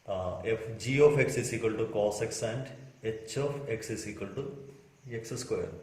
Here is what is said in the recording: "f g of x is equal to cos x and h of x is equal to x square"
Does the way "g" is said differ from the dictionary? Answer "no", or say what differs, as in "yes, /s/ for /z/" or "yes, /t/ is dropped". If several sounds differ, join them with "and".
no